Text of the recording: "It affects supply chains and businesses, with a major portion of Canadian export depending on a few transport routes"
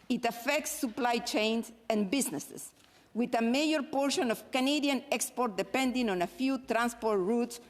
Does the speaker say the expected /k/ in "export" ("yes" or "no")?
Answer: yes